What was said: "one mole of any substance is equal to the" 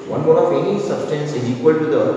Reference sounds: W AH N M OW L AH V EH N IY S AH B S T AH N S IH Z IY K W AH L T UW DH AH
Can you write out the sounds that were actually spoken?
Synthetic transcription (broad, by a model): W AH N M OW N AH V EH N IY S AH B S T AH N S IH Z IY K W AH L T UW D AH